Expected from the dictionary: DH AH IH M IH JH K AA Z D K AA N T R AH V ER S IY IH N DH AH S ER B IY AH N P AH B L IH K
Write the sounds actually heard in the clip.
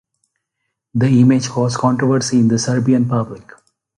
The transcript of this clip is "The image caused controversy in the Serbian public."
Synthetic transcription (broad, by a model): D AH IH M IH JH K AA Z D K AA N T R AH V ER S IY IH N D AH S ER B IY AH N P AH B L IH K